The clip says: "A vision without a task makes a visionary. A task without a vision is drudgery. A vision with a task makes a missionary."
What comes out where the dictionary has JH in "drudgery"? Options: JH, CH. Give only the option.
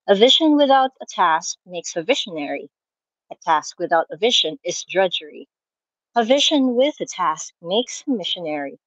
JH